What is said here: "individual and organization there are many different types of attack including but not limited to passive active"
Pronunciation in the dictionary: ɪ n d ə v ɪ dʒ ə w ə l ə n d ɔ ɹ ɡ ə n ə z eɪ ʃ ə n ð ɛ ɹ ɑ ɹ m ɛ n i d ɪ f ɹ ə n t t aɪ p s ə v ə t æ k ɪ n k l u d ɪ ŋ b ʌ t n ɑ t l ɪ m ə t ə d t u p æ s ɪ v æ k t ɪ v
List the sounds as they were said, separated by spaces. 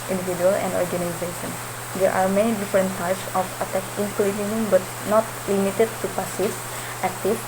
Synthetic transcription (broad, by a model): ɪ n d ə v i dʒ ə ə l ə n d ɔ ɹ ɡ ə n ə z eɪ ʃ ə n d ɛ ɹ ɑ ɹ m ɛ n i d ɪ f ɹ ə n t t aɪ p s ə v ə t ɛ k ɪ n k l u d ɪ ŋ b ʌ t n ɑ t l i m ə t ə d t u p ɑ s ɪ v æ k t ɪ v